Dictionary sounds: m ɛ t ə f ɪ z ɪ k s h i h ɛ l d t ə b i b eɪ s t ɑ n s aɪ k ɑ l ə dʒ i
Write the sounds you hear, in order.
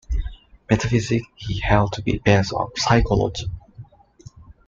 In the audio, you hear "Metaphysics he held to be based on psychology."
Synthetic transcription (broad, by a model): m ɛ t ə f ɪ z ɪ k h i h ɛ l d t ə b i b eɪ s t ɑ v s aɪ k ɑ l ə dʒ i